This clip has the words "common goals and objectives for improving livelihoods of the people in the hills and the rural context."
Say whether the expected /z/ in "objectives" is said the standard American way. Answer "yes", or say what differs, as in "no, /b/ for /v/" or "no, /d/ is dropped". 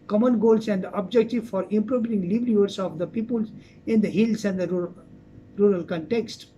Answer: no, /z/ is dropped